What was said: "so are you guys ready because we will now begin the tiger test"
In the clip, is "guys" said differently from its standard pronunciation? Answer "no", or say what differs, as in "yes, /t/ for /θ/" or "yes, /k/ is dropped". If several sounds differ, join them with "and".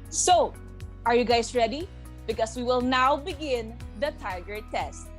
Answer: yes, /s/ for /z/